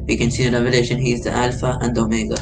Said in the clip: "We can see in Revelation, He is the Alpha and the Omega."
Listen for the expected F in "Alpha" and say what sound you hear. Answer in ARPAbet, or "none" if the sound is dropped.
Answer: F